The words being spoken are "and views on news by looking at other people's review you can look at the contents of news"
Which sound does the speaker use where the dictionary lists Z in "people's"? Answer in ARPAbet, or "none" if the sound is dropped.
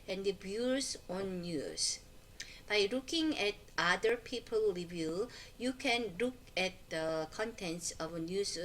none